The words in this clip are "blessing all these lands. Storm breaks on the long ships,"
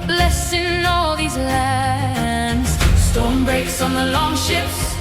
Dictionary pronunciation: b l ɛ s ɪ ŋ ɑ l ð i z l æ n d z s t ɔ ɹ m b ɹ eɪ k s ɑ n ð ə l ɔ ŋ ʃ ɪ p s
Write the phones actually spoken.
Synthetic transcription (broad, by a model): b l ɛ s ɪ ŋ ɑ l ð i z l æ n d z s t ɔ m b ɹ eɪ k s n ð ə l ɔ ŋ ʃ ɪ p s